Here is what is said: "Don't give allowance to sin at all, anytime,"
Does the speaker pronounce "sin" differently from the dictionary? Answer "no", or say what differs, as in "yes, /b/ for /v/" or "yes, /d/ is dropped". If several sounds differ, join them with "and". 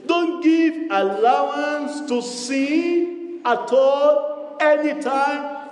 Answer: yes, /n/ is dropped